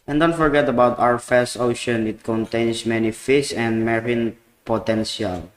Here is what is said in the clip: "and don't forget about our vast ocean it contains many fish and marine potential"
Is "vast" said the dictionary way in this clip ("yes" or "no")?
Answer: no